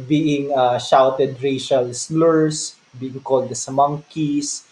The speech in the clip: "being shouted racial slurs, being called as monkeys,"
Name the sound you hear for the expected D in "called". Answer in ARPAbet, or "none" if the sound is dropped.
D